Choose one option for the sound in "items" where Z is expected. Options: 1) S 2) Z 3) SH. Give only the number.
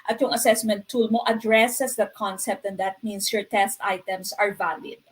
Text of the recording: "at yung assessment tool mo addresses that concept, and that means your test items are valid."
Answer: 1